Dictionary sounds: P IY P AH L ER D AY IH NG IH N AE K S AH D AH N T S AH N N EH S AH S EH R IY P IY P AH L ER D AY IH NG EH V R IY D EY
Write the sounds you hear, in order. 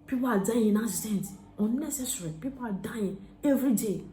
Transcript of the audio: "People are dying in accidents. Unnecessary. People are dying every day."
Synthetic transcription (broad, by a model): P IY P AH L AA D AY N IH N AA S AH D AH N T AH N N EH S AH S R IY P IY P AH L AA D AY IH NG EH V R IY D EY